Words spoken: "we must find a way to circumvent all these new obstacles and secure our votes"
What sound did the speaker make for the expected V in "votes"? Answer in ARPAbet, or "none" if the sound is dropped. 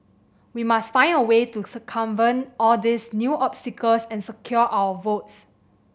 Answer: V